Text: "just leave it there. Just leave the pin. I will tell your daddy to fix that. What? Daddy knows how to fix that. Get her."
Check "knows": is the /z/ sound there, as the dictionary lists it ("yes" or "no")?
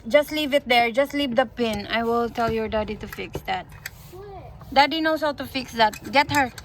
no